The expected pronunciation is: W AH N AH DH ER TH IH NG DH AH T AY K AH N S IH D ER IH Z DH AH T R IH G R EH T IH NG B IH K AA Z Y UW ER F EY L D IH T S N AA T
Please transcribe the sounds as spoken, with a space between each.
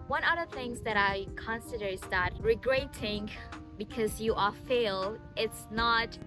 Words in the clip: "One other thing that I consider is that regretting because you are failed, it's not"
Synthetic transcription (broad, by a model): W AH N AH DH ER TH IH NG DH AH T AY K AH N S IH D ER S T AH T R IH G R EH T IH NG B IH K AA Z Y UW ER F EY L IH T S N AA T